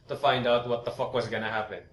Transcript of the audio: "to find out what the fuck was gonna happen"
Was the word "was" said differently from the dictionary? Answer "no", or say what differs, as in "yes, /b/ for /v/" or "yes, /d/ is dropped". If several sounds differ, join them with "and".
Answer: no